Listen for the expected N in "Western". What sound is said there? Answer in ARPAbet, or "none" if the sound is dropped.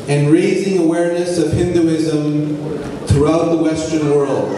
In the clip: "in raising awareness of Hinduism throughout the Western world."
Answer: N